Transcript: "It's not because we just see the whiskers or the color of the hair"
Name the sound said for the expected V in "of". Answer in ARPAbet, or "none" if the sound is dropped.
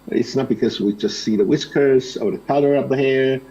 P